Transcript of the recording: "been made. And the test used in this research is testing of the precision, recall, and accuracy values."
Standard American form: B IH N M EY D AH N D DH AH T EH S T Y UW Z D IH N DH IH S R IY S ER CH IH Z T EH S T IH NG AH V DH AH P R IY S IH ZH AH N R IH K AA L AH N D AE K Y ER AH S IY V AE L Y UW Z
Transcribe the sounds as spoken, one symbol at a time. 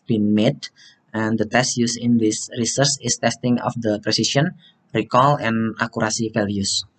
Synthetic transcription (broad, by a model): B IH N M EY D AH N D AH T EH S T Y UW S IH N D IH S R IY S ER S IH S T EH S T IH NG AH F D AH P R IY S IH SH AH N R IH K AA L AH N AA K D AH S IY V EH L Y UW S